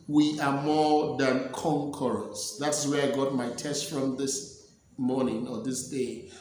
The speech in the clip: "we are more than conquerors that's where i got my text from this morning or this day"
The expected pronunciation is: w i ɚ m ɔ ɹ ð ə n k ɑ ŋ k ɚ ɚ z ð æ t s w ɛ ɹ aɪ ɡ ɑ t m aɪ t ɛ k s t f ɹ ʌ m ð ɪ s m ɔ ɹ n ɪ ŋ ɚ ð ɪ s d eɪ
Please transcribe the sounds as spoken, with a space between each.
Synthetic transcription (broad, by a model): w i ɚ m ɔ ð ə n k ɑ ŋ k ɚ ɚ s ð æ t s w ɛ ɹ aɪ ɡ ɑ t m aɪ t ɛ s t f ɹ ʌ m ð ɪ s m ɔ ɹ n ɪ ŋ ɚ ð ɪ s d eɪ